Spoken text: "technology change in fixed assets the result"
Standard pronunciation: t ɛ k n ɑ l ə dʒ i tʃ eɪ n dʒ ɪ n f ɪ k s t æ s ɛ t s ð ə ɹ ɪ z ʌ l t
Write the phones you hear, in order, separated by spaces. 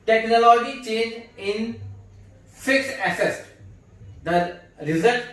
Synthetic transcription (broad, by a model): t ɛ k n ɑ l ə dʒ i tʃ eɪ n dʒ ɪ n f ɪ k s æ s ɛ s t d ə ɹ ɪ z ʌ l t